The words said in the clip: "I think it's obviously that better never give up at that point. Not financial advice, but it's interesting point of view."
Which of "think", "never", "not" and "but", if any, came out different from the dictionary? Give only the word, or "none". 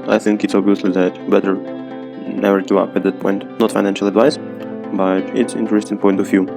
none